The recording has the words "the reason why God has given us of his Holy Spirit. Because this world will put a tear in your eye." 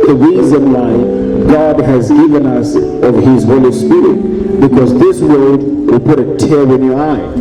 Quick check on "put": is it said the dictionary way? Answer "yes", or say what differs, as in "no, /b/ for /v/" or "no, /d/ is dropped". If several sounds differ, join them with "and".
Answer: yes